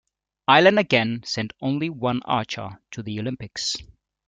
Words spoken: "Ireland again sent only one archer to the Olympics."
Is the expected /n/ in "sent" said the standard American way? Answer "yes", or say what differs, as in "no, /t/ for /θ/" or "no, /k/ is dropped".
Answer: yes